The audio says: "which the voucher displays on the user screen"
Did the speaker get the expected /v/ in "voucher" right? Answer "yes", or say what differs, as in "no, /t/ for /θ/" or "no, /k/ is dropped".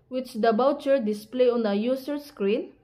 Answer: no, /b/ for /v/